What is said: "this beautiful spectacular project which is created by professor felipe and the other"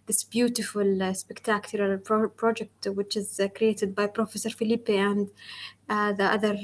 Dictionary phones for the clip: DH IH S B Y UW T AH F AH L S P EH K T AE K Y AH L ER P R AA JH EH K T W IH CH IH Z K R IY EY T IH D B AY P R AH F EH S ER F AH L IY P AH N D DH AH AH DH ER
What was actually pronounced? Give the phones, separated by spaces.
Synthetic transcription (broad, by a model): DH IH S B Y UW T AH F AH L S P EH K T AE K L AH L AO P R AA JH EH K T W IH CH IH Z K R IY EY T IH D B AY P R AH F EH S ER F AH L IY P AH N D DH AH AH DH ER